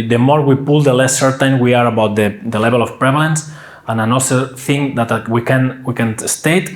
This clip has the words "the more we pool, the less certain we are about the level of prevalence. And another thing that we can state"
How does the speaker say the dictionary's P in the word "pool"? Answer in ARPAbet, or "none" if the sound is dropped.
P